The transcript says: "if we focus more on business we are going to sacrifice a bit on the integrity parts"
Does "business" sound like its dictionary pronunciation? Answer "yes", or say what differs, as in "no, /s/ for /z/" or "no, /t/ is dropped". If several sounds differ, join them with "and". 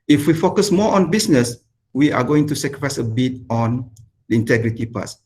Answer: no, /s/ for /z/